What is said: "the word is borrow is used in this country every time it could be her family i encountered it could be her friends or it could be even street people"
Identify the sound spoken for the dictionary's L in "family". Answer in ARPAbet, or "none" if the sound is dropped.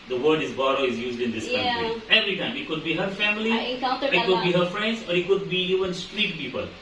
L